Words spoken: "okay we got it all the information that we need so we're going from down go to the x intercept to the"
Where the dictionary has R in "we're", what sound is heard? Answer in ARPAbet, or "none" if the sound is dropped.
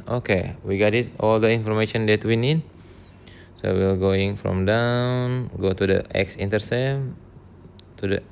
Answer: L